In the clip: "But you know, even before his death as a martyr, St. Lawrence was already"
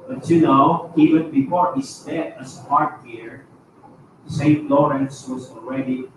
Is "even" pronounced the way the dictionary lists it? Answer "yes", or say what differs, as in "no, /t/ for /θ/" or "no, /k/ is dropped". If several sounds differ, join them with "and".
no, /w/ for /v/